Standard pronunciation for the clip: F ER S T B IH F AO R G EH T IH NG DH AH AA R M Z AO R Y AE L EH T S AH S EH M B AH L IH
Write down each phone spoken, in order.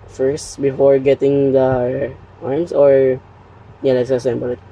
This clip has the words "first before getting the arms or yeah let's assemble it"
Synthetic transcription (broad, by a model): F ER S T B IH F AO R G EH T IH NG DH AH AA R M S AO R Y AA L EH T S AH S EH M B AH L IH